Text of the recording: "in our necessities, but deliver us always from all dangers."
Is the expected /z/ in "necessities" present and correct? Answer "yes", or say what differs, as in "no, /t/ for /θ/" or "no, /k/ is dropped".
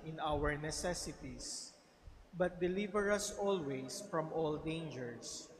no, /s/ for /z/